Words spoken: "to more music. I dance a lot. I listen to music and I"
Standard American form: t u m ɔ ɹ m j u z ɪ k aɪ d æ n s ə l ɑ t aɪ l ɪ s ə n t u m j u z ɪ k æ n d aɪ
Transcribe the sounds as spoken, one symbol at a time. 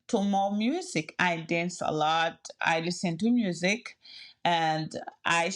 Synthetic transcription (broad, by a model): t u m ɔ m j u z ɪ k aɪ d æ n s ə l ɑ t aɪ l ɪ s ə n t u m j u z ɪ k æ n d aɪ